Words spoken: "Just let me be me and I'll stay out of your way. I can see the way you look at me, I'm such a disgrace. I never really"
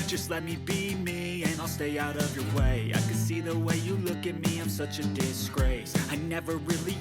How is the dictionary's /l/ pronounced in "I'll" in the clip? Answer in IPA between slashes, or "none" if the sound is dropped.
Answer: /l/